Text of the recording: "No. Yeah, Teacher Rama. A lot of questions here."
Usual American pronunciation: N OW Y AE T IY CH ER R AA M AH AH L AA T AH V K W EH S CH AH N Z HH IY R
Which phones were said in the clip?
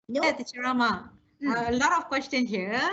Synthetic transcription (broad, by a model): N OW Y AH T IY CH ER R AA M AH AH L AA T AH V K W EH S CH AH N HH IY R